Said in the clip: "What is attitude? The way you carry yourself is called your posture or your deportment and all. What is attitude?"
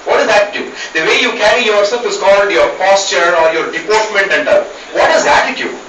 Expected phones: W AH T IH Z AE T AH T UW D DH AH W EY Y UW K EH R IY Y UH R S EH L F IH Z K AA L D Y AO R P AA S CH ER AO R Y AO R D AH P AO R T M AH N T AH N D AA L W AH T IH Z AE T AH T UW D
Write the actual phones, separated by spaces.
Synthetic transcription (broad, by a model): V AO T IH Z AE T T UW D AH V EY Y UW K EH R IY Y UH R S EH L F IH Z K AA L D Y AO R P AA S CH ER AO R Y AO R D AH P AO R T M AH N T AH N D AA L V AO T IH Z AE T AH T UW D